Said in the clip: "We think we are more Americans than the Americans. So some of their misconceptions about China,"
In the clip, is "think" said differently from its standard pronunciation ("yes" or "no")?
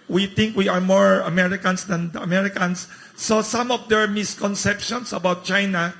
yes